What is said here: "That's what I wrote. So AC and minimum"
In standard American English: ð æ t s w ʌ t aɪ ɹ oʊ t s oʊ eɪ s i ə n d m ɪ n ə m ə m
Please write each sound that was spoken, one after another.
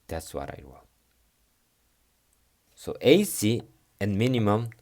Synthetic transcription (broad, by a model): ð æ t s w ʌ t aɪ w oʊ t s oʊ eɪ s i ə n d m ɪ n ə m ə m